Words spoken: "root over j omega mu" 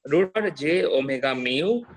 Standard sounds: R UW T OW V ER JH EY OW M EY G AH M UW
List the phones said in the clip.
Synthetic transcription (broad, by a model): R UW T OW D JH EY OW M EY G AH M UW